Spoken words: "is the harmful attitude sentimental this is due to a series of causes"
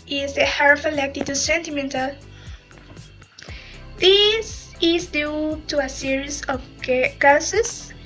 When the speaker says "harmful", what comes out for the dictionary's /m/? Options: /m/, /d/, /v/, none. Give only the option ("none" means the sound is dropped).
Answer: none